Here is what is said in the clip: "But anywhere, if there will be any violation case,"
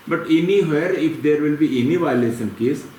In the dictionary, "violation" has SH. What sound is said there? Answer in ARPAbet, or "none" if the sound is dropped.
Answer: S